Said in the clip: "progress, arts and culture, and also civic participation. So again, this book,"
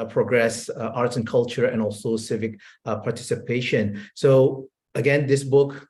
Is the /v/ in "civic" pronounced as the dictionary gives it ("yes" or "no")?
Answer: yes